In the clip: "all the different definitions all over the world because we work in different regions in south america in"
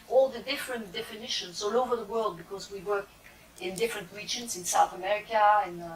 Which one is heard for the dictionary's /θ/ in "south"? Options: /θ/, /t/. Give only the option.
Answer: /θ/